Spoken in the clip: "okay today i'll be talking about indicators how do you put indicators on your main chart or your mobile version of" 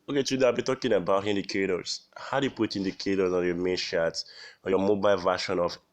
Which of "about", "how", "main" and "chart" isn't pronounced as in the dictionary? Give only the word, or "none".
chart